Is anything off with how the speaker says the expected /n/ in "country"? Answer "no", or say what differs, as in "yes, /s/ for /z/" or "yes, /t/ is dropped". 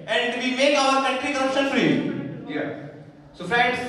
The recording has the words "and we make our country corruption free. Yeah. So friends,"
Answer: yes, /n/ is dropped